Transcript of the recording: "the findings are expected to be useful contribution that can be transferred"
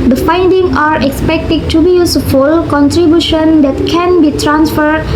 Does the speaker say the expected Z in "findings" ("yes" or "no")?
no